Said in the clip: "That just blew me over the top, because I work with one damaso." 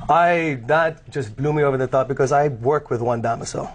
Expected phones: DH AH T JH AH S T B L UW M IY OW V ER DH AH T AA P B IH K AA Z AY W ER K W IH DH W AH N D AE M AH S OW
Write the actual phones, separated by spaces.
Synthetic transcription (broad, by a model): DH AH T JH AH S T B L UW M IY OW V ER DH AH T AA P B IH K AA Z AY W ER K W IH DH W AH N D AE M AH S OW